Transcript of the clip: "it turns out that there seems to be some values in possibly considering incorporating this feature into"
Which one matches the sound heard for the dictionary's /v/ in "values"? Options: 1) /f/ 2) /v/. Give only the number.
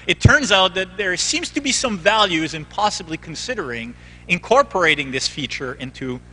2